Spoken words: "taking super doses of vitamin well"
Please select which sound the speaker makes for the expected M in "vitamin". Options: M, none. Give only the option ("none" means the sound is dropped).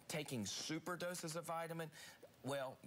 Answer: M